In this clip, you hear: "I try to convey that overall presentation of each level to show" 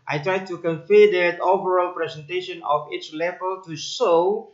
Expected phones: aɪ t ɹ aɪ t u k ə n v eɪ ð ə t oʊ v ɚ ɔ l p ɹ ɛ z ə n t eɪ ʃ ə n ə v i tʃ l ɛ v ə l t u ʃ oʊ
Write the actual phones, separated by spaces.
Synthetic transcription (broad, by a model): aɪ t ɹ aɪ t u k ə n f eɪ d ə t oʊ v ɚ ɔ l p ɹ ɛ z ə n t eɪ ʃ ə n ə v i tʃ l ɛ v ə l t u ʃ oʊ